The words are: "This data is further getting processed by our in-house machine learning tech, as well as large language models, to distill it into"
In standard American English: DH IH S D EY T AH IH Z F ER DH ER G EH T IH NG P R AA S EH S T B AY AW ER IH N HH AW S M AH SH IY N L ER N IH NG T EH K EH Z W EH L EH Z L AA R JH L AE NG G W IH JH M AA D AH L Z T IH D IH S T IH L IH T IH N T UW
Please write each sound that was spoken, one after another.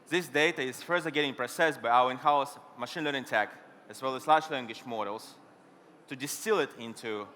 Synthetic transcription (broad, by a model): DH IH S D EY T AH IH Z F ER DH ER G EH T IH NG P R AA S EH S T B AY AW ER IH N HH AW S M AH SH IY N L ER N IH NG T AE K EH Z W EH L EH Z L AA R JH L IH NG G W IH SH M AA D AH L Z T IH D IH S T IH L IH T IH N T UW